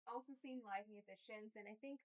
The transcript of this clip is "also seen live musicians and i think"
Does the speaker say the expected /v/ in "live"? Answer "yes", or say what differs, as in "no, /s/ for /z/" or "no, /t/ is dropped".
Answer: yes